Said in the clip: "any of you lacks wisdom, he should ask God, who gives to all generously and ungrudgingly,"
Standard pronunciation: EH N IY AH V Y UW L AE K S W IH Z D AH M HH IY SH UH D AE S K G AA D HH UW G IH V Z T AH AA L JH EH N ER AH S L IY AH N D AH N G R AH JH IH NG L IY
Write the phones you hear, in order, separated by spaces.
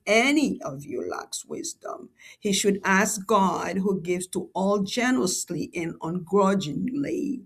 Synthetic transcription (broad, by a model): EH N IY AH V Y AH L AE K S W IH Z D AH M HH IY SH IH D AE S K G AA D HH UW G IH V Z T AH AA L JH EH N ER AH S L IY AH N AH N G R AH JH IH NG L IY